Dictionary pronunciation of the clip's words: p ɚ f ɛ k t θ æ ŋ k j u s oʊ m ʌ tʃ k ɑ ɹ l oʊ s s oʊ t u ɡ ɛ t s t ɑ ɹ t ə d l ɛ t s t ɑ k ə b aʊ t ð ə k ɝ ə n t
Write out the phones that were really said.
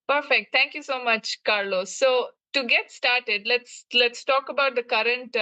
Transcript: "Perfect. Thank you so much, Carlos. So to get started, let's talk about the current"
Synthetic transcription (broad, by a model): p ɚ f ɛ k t t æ ŋ k j u s oʊ m ʌ tʃ k ɑ ɹ l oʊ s s oʊ t u ɡ ɛ t s t ɑ ɹ t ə d l ɛ t s t ɑ k ə b aʊ t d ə k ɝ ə n t